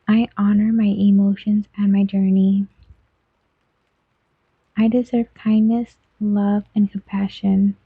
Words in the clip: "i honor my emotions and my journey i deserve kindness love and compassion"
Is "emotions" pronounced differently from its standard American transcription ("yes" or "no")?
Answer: no